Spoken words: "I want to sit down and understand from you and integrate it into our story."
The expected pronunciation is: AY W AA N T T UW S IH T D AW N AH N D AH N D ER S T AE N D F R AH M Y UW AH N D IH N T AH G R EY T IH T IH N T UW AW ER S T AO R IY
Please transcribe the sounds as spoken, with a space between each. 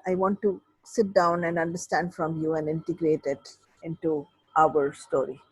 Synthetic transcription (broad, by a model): AY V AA N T T UW S IH T D AW N AH N D AH N D ER S T AE N D F R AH M Y UW AH N D IH N T AH G R EY T IH T IH N T UW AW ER S T AO R IY